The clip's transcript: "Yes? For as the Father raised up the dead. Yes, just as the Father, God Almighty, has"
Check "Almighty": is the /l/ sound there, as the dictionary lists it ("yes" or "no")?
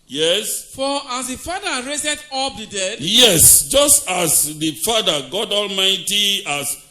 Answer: yes